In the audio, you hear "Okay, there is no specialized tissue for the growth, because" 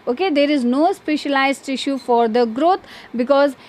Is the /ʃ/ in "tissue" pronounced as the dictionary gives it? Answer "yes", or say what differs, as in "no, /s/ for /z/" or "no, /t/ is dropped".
yes